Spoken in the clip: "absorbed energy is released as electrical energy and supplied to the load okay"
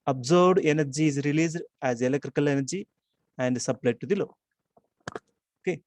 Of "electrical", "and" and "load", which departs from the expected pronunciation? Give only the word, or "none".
load